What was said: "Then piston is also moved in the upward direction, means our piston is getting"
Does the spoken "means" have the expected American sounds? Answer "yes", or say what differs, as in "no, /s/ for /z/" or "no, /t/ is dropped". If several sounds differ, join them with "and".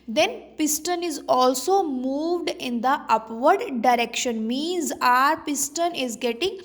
yes